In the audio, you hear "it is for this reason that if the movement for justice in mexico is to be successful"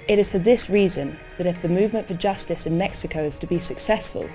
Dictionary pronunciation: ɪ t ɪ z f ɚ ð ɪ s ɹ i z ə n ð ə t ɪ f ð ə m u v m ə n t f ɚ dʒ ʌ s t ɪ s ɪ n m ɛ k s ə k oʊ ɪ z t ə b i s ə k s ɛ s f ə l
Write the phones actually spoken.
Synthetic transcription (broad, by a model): ɪ t ɪ z f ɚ ð ɪ s ɹ i z ə n ð ə t ɪ f ð ə m u v m ə n t f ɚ dʒ ʌ s t ɪ s ɪ n m ɛ k s ə k oʊ ɪ z t ə b i s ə k s ɛ s f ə l